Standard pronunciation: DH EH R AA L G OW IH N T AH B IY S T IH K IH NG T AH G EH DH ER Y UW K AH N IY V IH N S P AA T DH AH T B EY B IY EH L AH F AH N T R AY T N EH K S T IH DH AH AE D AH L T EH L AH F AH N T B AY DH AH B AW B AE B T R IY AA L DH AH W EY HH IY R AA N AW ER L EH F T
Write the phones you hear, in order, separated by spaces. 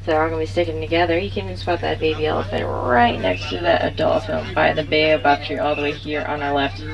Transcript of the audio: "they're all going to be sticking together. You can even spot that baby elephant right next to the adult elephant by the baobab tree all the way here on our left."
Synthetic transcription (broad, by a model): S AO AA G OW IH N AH B IY S T IH K IH NG T AH G EH DH ER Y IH K AH N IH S B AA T DH AH T B EY B IY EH L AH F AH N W R AY T N EH K S T IH DH AH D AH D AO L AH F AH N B AY DH AH B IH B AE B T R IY AA L DH AH W EY HH IY R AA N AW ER L EH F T